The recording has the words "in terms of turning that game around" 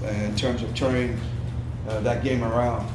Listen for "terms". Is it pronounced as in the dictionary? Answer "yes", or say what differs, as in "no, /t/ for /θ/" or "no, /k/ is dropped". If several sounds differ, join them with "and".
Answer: yes